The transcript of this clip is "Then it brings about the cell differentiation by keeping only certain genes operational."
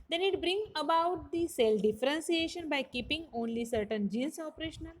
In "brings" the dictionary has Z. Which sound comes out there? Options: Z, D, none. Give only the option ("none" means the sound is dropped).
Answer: none